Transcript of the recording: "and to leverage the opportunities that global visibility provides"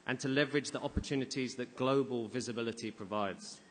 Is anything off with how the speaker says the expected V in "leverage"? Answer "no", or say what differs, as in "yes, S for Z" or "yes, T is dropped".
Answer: no